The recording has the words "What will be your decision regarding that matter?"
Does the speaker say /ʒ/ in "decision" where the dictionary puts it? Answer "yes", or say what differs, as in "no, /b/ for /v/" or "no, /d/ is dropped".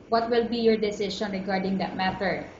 no, /ʃ/ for /ʒ/